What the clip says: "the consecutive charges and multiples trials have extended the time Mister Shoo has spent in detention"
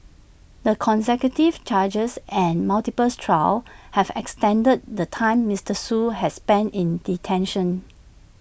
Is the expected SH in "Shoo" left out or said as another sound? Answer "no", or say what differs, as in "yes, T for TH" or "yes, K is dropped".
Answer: yes, S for SH